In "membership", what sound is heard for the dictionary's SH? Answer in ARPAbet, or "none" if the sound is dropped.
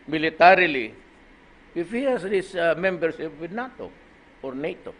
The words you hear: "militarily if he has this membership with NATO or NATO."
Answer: S